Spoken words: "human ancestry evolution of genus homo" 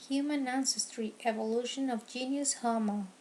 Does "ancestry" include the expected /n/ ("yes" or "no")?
yes